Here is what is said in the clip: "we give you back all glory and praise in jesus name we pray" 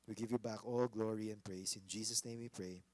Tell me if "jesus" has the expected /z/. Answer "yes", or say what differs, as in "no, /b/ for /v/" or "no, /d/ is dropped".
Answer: no, /s/ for /z/